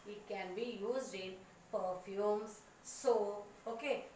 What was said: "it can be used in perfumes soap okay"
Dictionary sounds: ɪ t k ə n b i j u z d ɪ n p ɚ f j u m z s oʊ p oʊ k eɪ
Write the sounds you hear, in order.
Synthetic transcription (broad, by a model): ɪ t k ə n b i j u z d ɪ n p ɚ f j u m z s oʊ oʊ k eɪ